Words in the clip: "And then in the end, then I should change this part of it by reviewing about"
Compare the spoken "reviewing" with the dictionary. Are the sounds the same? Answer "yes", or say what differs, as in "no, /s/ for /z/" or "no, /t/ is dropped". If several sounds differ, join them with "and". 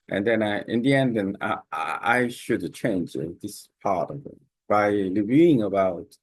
no, /l/ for /ɹ/